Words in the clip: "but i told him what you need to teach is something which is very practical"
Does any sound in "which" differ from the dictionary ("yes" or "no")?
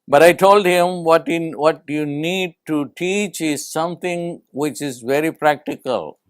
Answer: no